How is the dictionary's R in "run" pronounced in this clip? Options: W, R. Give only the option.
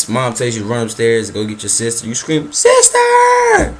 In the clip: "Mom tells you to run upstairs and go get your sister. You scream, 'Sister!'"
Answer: R